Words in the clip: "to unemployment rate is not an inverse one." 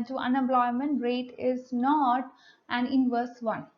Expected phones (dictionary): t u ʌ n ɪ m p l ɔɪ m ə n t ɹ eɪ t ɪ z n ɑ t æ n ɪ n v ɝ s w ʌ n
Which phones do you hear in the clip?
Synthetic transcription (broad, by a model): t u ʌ n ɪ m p l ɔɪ m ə n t ɹ eɪ t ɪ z n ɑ t æ n ɪ n v ɝ s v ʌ n